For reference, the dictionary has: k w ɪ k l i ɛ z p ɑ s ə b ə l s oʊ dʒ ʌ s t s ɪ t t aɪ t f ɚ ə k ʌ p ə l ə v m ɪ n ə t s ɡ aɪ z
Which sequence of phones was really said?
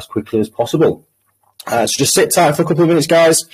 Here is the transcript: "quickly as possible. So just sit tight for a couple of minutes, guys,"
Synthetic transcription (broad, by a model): k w ɪ k l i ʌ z p ɑ s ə b ə l s oʊ dʒ ʌ s t s ɪ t t aɪ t f ɚ ə k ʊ p l ə v m ɪ n ə t s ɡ aɪ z